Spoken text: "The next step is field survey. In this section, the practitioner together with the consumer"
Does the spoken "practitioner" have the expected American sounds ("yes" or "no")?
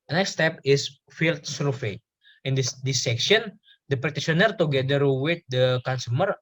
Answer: no